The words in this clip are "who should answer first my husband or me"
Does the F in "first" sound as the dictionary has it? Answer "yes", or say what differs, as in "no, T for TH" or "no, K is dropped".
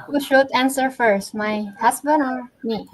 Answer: yes